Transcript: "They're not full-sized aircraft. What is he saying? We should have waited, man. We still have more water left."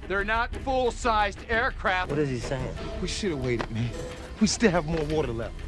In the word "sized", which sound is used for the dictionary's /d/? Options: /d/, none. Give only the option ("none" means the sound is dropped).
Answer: /d/